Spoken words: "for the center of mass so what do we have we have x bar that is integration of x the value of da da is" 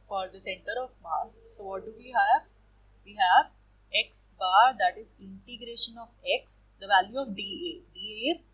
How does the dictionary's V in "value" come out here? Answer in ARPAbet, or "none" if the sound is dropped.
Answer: V